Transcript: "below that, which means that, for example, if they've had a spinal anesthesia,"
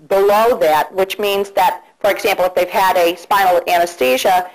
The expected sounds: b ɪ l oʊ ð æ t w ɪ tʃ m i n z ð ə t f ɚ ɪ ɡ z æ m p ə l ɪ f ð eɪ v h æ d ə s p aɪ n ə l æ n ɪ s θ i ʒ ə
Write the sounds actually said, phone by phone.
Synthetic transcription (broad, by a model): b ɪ l oʊ ð æ t w ɪ tʃ m i n z ð ə t f ɚ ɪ ɡ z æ m p l ɪ f ð eɪ v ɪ d ə s p aɪ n l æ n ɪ s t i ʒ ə